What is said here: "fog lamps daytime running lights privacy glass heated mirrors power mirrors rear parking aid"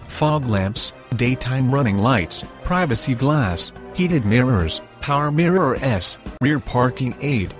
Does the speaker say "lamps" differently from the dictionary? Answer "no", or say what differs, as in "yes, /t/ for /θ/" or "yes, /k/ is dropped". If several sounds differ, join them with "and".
no